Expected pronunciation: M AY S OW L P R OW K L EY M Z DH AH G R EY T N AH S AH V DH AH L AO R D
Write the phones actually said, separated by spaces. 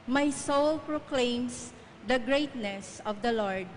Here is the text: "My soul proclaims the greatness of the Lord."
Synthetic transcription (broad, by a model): M AY S OW L P R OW K L EY M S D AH G R EY T N AH S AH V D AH L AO R D